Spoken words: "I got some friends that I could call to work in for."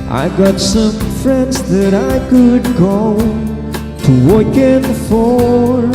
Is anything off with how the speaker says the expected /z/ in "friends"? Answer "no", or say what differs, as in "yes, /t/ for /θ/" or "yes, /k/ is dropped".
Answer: no